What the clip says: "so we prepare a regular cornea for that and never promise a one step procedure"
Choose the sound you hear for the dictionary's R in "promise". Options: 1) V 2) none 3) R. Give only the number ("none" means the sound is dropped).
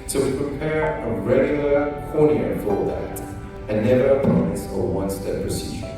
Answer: 2